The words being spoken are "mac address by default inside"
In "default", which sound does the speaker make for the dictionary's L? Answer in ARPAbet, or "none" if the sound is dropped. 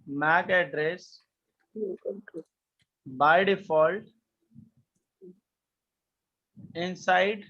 L